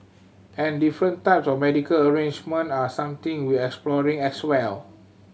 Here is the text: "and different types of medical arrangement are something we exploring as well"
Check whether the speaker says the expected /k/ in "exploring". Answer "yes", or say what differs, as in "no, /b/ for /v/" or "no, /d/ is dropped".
yes